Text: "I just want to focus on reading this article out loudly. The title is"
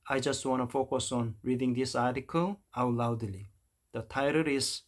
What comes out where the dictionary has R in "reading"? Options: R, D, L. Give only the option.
R